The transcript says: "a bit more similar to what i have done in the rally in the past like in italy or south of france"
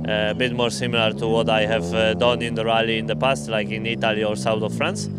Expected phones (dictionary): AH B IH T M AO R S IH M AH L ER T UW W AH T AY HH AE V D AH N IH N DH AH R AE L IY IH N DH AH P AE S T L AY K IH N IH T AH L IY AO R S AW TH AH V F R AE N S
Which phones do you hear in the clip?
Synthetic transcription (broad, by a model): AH B IH T M AO R S IH M AH L ER T UW W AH T AY HH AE V D AH N IH N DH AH R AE L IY IH N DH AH P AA S T L AY K IH N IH T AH L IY AO R S AW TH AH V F R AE N S